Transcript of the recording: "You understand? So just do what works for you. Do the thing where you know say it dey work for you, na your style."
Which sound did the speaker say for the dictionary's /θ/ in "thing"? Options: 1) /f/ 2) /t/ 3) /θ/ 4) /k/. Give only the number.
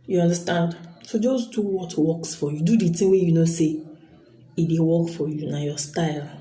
2